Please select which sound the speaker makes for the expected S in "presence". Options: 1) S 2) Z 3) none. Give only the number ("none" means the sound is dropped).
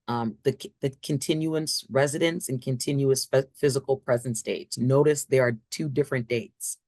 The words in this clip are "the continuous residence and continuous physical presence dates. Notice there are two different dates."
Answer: 1